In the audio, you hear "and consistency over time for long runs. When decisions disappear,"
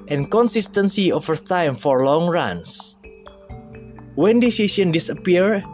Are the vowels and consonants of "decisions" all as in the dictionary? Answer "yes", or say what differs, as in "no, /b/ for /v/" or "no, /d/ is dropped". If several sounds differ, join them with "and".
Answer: no, /s/ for /ʒ/ and /z/ is dropped